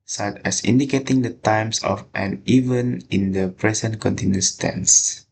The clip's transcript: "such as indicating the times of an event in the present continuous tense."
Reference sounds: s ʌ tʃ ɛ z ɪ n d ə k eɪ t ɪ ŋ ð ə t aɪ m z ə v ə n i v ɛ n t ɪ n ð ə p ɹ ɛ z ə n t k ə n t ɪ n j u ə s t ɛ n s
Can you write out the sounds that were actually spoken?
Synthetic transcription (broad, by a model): s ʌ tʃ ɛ s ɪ n d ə k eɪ t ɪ ŋ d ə t aɪ m s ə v ə n i v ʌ n ɪ n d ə p ɹ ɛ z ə n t k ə n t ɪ n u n s t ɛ n s